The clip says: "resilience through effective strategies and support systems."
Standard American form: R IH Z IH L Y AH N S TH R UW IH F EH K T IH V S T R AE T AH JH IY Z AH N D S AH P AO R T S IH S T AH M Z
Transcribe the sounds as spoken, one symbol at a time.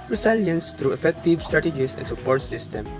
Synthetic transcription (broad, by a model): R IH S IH L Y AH N S T R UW IH F EH K T IH V S T R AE T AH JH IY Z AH N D S AH P AO R T S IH S T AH M